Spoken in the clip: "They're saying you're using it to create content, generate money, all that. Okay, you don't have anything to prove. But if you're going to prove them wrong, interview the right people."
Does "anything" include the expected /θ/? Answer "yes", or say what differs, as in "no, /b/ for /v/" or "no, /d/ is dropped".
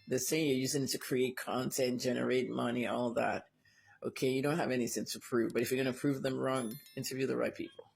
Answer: no, /s/ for /θ/